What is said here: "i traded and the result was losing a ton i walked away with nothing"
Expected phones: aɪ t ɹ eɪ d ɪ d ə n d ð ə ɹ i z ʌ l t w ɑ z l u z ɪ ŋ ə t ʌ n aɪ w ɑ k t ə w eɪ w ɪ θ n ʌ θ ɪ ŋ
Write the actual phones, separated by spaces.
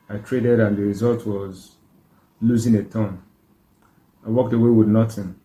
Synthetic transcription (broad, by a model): aɪ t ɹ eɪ d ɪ d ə n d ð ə ɹ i z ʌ l t w ɑ z l u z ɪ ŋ ə t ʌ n aɪ w ɑ k t ə w eɪ w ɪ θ n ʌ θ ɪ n